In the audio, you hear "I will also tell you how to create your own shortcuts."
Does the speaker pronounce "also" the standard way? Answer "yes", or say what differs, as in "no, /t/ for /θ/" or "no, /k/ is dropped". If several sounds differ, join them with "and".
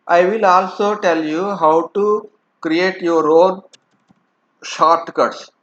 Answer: yes